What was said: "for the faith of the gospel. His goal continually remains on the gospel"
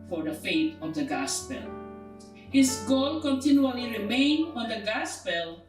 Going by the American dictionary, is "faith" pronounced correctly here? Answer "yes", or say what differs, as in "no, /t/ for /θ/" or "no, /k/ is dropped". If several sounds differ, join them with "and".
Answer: no, /t/ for /θ/